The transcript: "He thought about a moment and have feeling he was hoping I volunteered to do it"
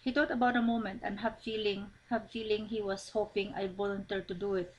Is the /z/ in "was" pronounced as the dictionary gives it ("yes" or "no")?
no